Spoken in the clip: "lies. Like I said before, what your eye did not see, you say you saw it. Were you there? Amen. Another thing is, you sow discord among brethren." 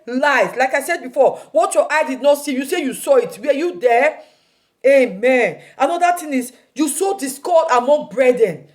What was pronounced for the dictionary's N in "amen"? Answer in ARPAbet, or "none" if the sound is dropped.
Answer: N